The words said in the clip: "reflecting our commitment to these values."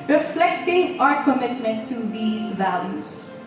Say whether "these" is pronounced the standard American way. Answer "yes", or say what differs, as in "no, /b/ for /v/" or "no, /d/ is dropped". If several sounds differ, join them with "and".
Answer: yes